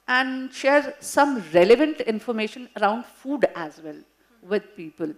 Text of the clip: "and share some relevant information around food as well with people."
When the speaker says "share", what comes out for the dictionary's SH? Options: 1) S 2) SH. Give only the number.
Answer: 2